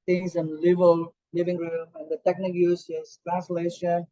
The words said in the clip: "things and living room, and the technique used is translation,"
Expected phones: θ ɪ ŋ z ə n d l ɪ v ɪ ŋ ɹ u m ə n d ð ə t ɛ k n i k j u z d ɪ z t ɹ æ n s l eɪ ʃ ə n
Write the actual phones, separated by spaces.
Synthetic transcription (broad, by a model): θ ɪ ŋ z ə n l l ɪ v ɪ ŋ ɹ u m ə n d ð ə t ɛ k n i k j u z ɪ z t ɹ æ n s l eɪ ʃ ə n